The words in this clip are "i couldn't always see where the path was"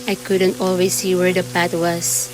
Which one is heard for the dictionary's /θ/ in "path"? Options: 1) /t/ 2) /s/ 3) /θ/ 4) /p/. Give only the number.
1